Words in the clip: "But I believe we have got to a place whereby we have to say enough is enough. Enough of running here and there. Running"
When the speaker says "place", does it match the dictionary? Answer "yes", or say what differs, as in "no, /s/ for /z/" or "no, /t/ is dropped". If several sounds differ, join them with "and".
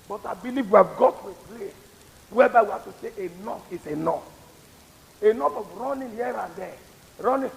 no, /s/ is dropped